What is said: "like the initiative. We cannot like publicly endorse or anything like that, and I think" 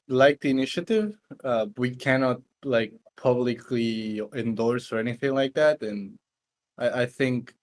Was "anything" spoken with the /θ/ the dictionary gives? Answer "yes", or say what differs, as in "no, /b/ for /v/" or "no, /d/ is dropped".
yes